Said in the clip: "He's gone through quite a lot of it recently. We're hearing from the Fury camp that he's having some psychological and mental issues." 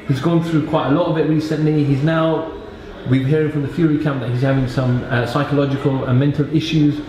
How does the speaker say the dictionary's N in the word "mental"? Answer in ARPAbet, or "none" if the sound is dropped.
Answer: N